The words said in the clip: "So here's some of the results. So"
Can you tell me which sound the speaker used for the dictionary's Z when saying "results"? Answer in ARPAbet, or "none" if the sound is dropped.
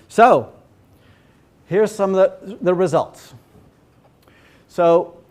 Z